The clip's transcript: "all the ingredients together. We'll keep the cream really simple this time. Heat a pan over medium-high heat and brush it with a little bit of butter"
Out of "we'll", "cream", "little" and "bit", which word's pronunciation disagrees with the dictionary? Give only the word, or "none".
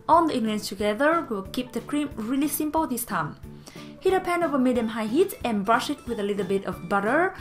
we'll